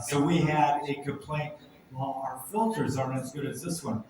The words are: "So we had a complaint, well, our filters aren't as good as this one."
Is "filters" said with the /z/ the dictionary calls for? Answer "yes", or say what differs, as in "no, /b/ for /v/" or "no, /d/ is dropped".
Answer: yes